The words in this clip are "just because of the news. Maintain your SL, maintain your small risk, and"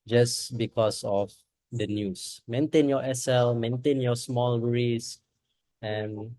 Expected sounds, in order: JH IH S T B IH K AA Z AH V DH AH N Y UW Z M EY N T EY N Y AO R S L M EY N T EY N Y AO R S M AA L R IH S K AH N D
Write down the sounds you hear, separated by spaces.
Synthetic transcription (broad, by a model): JH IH S B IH K AA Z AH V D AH N Y UW S M EY N T EY N Y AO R S L M EY N T EY N Y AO S M AA L R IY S AH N